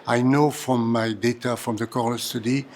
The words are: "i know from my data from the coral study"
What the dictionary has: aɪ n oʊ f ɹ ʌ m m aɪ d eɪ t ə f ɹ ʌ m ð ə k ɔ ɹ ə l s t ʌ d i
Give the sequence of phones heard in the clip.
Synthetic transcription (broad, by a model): aɪ n oʊ f ɹ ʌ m m aɪ d eɪ t ə f ɹ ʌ m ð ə k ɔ l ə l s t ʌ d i